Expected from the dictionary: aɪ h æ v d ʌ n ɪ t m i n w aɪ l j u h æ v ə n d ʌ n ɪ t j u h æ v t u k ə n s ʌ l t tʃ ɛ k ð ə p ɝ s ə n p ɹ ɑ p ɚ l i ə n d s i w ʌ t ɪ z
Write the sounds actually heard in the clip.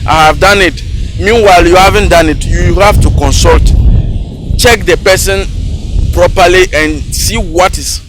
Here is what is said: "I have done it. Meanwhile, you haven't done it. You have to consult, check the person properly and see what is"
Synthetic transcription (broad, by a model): aɪ h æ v d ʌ n ɪ t m i n w aɪ l j u h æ v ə n d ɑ n ɪ t j u h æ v t u k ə n s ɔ l t tʃ ɛ k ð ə p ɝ s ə n p ɹ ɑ p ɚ l i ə n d s i w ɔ t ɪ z